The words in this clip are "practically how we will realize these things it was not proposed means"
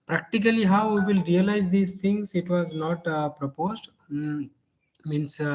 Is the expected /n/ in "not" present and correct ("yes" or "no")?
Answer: yes